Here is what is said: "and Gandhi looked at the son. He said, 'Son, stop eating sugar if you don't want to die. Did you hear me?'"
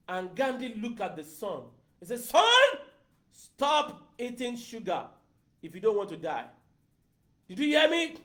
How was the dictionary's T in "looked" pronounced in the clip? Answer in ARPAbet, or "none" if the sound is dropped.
none